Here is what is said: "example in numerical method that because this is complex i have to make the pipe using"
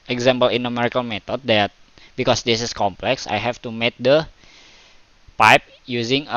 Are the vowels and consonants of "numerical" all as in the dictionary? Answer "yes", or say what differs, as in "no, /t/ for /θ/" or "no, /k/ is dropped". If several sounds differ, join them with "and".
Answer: yes